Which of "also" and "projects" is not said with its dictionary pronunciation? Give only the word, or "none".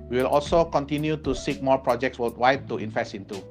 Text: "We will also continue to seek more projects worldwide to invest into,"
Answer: none